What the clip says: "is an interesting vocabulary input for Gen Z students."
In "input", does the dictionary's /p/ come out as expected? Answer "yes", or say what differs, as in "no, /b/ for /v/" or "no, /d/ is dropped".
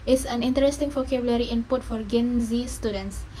yes